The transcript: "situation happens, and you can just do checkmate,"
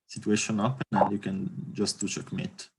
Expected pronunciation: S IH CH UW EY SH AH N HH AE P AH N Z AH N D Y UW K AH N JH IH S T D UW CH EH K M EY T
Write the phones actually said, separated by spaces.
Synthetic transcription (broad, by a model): S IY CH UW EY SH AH N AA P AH N AH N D Y UW K AH N JH IH S T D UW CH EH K M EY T